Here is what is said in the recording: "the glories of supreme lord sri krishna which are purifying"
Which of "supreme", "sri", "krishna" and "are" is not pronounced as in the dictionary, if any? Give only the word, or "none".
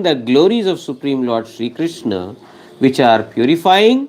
none